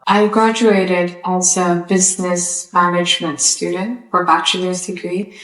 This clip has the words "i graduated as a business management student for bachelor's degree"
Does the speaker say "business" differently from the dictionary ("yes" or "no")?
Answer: no